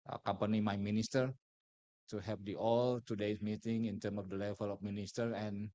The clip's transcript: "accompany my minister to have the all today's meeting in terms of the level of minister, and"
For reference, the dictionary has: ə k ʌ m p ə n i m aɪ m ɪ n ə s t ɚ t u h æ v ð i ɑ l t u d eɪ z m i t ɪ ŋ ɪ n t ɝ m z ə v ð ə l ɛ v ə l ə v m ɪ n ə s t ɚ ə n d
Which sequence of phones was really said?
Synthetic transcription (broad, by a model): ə k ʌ m p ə n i m aɪ m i n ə s t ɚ t u h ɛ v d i ɑ l t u d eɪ s m i t ɪ ŋ ɪ n t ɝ m ə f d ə l ɛ v ə l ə f m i n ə s t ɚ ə n